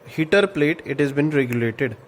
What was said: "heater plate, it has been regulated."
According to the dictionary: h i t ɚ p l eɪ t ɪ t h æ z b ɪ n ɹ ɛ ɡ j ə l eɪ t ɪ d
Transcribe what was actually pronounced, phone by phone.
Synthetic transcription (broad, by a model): h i t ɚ p l eɪ t ɪ t h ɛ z b ɪ n ɹ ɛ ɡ j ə l eɪ t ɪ d